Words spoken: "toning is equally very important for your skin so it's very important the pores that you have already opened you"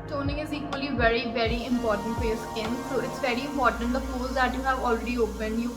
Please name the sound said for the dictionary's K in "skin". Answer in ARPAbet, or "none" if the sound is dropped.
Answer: none